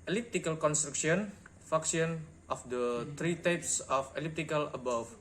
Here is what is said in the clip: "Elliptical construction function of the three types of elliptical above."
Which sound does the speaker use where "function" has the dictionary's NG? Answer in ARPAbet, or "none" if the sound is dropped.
none